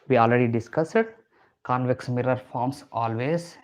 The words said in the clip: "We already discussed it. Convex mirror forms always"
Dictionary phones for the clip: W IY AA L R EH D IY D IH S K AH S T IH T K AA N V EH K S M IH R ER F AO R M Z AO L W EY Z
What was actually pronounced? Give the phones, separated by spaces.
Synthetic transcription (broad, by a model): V IY AA L R EH D IY D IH S K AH S IH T K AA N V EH K S M IH R ER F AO R M S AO L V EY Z